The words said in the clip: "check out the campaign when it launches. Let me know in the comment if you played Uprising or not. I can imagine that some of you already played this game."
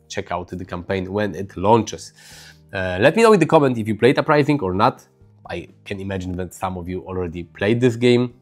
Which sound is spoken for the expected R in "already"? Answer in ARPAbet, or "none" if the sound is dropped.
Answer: R